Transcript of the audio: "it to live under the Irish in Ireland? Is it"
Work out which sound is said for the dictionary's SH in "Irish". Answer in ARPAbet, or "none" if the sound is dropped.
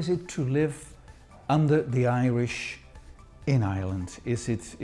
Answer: SH